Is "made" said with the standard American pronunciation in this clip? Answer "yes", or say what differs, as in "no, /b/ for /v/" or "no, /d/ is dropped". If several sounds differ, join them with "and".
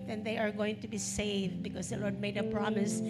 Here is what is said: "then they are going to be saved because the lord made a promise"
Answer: yes